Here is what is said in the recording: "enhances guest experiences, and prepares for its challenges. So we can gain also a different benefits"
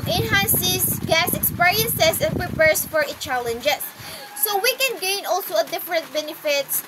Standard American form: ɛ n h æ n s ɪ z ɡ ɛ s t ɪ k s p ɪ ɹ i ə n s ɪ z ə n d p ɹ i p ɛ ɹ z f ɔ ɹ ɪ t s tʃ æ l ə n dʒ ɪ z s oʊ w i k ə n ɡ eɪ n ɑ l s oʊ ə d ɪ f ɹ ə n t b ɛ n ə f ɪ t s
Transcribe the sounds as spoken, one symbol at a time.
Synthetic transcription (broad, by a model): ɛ n h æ n s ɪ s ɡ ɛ s ɪ k s p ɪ ɹ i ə n s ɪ s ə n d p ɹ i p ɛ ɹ s f ɔ ɹ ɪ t tʃ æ l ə n dʒ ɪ s oʊ w i k ə n ɡ eɪ n ɑ l s oʊ ə d ɪ f ɹ ə n t b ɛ n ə f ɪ t s